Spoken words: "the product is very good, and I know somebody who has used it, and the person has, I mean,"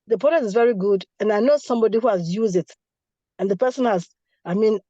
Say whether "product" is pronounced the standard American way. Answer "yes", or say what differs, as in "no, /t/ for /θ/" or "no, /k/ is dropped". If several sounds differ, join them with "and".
no, /k/ is dropped